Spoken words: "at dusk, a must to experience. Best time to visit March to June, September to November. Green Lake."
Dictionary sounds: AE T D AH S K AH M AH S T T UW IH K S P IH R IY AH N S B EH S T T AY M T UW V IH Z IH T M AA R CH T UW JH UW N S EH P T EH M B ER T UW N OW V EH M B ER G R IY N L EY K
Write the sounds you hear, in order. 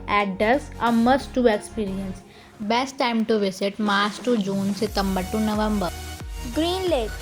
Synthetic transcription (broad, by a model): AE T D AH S AH M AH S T T UW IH K S P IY R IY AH N S B EH S T T AY M T UW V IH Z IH T M AA R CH T UW JH UW N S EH T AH M B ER T UW N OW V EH M B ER G R IY N L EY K